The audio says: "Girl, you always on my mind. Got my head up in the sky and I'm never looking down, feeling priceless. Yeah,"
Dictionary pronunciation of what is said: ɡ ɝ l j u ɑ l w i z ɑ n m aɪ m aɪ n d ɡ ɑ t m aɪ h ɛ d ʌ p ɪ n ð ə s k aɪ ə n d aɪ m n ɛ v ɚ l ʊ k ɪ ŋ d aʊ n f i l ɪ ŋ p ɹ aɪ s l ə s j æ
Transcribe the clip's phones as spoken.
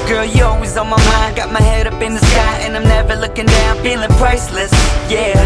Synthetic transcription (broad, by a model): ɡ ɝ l j ɑ l w i z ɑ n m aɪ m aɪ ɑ ɡ ɑ t m aɪ h ɛ d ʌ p ɪ n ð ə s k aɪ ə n aɪ m n ɛ v ɚ l ʊ k ɪ ŋ d aʊ n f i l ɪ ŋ p ɹ aɪ s l ə s j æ